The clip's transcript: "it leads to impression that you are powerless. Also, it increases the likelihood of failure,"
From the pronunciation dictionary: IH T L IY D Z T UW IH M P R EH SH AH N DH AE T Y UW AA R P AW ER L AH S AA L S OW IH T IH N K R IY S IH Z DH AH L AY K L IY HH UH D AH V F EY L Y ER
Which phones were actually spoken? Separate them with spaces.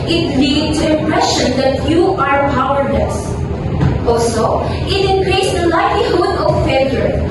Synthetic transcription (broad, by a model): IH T L IY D T UW IH M P R EH SH AH N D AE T Y UW AA R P AW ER N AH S AA L S OW IH T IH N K R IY S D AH L AY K L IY HH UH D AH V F EY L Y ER